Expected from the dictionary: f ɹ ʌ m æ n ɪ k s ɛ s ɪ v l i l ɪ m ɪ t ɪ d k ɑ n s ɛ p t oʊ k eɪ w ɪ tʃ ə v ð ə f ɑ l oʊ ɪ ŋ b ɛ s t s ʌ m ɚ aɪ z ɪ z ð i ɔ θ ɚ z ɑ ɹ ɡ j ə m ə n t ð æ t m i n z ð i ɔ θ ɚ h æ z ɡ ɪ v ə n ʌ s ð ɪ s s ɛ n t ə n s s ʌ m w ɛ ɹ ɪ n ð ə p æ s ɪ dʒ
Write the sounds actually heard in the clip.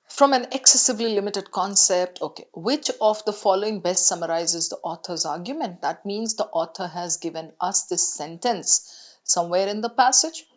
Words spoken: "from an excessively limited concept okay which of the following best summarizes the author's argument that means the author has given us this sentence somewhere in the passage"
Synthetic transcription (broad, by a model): f ɹ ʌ m æ n ɪ k s ɛ s ɪ v l i l ɪ m ɪ t ɪ d k ɑ n s ɛ p t oʊ k eɪ w ɪ tʃ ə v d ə f ɑ l oʊ ɪ ŋ b ɛ s t s ʌ m ɚ aɪ z ɪ z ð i ɔ t ɚ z ɑ ɹ ɡ j ə m ə n t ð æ t m i n z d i ɔ t ɚ h æ z ɡ ɪ v ə n ʌ s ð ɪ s s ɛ n t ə n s s ʌ m w ɛ ɹ ɪ n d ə p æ s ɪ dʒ